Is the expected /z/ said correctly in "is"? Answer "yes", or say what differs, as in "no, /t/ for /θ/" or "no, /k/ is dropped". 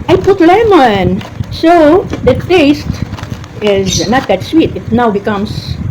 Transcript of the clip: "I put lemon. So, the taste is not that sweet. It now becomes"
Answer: yes